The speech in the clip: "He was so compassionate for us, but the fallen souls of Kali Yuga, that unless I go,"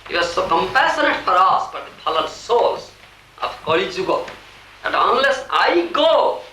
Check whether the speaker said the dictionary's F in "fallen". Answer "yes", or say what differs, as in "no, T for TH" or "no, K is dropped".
no, P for F